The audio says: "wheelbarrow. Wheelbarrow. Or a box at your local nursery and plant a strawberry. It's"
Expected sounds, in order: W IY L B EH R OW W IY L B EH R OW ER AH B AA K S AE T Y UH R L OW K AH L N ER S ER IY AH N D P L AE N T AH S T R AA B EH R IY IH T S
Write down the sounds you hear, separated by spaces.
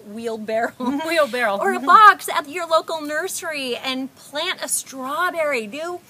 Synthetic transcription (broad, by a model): W IY L B EH R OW W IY L B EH R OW ER AH B AA K S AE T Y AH R L OW K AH L N ER S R IY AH N P L AE N T AH S T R AA B EH R IY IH